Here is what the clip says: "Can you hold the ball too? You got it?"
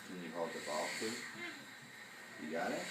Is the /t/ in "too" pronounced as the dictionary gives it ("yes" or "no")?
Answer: no